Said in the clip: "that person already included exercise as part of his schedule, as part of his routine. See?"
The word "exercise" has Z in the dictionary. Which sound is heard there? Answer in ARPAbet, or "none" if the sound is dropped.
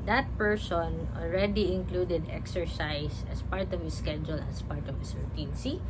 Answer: S